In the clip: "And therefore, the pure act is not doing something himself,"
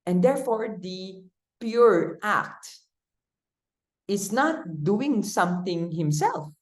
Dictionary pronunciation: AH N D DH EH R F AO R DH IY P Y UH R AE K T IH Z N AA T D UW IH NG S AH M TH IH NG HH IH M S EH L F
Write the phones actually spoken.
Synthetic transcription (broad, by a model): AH N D EH R F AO R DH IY P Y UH R AE K T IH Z N AA T D UW IH NG S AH M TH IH NG HH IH M S EH L F